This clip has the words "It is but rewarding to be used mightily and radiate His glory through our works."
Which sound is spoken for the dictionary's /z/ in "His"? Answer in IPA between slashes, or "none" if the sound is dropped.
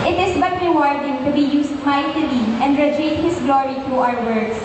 /s/